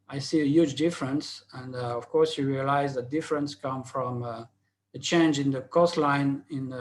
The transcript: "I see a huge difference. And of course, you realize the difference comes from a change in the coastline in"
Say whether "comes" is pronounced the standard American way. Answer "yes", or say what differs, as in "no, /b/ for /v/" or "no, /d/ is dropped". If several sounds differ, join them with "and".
no, /z/ is dropped